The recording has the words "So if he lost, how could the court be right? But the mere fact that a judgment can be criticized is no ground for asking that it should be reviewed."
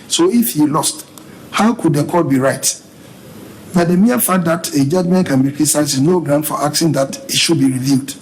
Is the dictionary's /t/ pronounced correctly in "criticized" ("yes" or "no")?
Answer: no